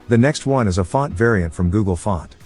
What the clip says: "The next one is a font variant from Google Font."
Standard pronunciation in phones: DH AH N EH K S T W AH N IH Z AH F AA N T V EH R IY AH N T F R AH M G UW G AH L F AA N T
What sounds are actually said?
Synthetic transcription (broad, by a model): DH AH N EH K S T W AH N IH Z AH F AA N T V EH R IY AH N T F R AH M G UW G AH L F AA N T